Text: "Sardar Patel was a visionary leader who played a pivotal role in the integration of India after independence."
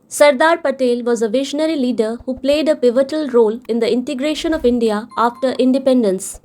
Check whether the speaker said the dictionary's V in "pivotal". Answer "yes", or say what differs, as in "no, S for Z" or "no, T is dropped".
yes